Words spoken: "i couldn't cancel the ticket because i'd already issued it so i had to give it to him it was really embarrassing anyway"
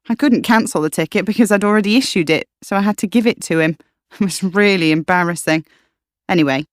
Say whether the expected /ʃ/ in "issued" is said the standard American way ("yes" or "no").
yes